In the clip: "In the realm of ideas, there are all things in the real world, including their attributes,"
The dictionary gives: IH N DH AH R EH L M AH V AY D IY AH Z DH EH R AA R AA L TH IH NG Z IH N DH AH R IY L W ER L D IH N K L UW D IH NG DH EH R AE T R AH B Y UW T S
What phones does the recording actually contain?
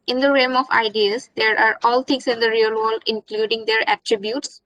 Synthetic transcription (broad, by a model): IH N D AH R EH M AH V AY D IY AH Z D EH R AA R AA L T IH NG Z IH N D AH R IY L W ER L D IH N K L UW D IH NG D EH R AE T R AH B Y UW T S